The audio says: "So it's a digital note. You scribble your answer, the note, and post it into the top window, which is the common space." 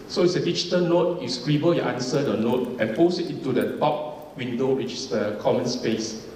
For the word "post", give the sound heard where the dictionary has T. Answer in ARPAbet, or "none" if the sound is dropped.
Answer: none